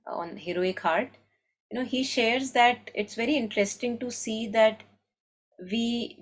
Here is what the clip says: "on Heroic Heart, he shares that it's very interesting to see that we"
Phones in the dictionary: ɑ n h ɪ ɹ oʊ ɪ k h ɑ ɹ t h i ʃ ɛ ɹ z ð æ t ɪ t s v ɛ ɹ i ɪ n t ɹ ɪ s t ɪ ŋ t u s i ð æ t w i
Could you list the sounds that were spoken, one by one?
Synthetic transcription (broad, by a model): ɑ n h ɪ ɹ oʊ ɪ k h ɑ ɹ t h i ʃ ɛ ɹ z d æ t ɪ t s v ɛ ɹ i ɪ n t ɹ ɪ s t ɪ ŋ t u s i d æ t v i